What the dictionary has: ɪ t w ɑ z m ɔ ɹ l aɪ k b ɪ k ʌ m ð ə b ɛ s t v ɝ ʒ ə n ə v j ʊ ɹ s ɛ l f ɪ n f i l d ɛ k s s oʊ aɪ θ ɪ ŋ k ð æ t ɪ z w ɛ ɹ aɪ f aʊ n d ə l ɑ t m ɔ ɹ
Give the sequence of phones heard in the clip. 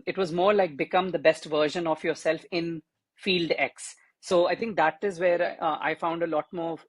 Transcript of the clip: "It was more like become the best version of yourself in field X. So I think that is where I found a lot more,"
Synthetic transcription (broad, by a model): ɪ t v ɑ z m ɔ ɹ l aɪ k b ɪ k ʌ m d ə b ɛ s t v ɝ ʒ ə n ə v j ʊ ɹ s ɛ l f ɪ n f i l d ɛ k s s oʊ aɪ t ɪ ŋ k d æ t ɪ z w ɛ ɹ aɪ f aʊ n d ə l ɑ t m ɔ ɹ